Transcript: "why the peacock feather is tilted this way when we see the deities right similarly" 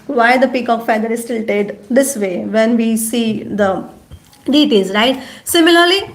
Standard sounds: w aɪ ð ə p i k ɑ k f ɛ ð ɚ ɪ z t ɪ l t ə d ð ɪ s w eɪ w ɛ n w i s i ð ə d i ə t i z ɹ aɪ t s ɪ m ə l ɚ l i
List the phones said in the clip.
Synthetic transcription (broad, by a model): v aɪ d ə p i k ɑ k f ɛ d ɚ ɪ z t ɪ l t ə d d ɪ s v eɪ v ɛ n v i s i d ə d i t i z ɹ aɪ t s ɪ m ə l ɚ l i